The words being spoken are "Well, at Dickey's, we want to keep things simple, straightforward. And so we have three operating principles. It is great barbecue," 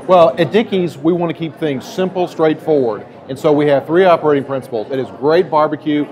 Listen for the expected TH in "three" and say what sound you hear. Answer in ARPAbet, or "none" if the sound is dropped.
TH